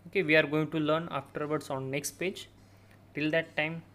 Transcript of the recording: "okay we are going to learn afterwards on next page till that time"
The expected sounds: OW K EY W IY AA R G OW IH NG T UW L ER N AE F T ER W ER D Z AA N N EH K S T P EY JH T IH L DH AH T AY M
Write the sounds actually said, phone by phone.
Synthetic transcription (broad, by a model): OW K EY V IY AA R G OW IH NG T UW L ER N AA F T ER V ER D S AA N N EH K S T P EY JH T IH L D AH T AY M